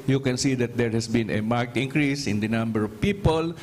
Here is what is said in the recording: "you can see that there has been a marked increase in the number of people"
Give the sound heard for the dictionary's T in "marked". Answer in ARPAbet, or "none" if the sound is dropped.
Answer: T